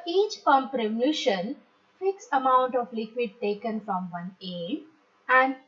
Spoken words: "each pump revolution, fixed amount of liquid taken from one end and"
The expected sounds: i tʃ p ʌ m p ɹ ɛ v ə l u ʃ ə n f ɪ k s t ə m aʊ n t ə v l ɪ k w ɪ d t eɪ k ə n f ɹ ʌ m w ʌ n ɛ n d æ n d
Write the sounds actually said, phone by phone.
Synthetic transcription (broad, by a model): i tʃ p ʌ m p ɹ ɛ v ə l u ʃ ə n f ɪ k s ə m aʊ n t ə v l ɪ k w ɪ d t eɪ k ə n f ɹ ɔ m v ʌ n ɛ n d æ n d